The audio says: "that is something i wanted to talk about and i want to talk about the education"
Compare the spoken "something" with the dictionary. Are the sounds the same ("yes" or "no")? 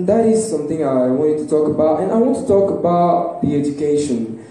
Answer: yes